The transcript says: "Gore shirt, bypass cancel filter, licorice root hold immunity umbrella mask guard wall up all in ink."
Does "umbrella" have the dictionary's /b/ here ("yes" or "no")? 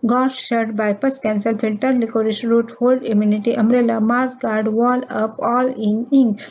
no